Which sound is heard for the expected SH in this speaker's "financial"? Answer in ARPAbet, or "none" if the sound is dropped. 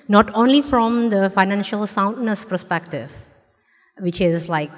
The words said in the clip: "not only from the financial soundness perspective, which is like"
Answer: SH